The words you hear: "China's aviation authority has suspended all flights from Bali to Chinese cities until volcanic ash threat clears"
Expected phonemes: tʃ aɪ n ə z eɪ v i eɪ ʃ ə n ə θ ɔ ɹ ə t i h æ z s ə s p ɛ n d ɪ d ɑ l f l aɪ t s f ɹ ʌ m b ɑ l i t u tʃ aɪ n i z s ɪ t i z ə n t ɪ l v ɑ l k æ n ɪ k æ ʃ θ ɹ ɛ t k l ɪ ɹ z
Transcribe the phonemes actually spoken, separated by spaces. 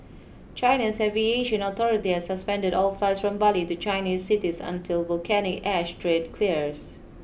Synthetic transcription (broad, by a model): tʃ aɪ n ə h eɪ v i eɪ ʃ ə n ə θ ɔ ɹ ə t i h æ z s ə s p ɛ n d ɪ d ɑ l f l aɪ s f ɹ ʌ m b ɑ l i t u tʃ aɪ n i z s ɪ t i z ə n t ɪ l v ɑ l k æ n ɪ k æ ʃ t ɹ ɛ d k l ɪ ɹ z